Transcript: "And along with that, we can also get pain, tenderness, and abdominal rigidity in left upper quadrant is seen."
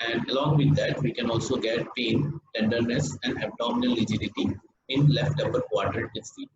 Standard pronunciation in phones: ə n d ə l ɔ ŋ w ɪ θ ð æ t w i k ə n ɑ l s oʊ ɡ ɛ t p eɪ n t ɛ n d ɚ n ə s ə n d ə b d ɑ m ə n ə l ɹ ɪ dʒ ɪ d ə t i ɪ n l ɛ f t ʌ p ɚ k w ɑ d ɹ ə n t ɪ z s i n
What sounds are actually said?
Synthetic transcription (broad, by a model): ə n d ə l ɔ ŋ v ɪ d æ t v i k ə n ɑ l s oʊ ɡ ɛ t p eɪ n t ɛ n d ɚ n ə s ə n d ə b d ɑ m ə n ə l l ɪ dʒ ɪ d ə t i ɪ n l ɛ f t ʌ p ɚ k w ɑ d ɹ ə t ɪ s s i